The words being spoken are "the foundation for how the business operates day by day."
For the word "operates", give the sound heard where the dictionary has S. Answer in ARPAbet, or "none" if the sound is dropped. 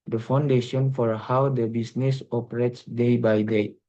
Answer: S